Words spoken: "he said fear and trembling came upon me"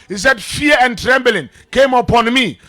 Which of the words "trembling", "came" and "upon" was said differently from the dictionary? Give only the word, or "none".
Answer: none